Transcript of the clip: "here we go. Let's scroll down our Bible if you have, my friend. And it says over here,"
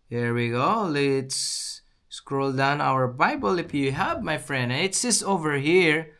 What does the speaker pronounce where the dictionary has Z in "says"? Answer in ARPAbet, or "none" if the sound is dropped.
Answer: S